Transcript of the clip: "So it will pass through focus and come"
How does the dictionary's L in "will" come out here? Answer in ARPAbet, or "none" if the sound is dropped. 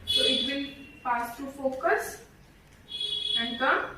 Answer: N